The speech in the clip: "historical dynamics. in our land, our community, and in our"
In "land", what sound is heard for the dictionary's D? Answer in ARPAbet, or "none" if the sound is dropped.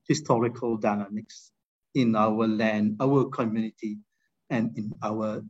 D